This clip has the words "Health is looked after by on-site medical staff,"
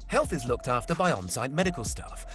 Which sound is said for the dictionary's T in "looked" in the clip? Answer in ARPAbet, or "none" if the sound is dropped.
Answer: T